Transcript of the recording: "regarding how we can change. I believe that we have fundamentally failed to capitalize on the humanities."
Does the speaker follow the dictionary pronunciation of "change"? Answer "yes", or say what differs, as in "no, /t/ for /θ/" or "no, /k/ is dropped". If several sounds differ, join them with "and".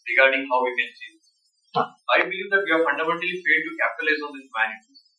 no, /s/ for /tʃ/